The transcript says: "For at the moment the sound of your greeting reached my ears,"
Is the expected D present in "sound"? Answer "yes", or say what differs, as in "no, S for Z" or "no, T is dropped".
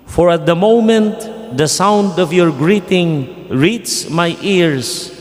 yes